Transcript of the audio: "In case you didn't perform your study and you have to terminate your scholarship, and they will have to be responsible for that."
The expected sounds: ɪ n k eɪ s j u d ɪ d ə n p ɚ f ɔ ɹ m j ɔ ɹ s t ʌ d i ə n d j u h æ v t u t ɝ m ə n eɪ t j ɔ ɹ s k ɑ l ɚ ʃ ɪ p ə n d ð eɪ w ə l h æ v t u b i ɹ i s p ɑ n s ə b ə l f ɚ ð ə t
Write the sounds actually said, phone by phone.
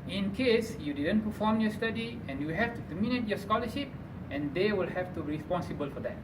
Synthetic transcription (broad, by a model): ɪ n k eɪ s j u d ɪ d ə n p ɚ f ɔ m j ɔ s t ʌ d i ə n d j u h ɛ f t u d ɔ m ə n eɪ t j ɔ s k ɑ l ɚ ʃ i p ə n d eɪ w ə l h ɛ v t u ɹ i s p ɑ n s ə b ə l f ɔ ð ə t